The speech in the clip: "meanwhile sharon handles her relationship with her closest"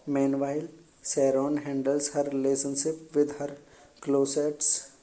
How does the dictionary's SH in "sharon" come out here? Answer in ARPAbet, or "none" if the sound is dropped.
S